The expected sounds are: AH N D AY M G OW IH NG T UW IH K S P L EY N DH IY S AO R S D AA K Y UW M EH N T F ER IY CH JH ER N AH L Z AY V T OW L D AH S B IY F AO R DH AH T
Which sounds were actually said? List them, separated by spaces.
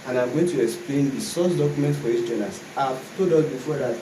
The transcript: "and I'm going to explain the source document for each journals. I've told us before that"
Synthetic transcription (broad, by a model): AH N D AY M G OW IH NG T UW IH K S P L EY N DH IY S AO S D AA K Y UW M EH N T F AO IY S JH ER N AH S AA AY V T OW D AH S B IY F AO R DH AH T